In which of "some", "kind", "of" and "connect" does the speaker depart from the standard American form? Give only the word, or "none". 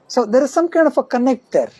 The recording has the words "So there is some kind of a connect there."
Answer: of